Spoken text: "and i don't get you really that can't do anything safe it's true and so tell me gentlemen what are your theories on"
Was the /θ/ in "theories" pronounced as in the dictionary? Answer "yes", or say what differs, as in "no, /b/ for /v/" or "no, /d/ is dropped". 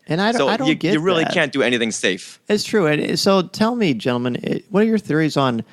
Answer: yes